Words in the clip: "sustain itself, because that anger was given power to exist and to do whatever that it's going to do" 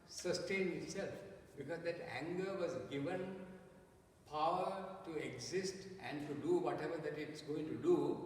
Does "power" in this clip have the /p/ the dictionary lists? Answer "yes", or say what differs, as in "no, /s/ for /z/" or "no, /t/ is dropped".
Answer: yes